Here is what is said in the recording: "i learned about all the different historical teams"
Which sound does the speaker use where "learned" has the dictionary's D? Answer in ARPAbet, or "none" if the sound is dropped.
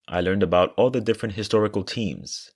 D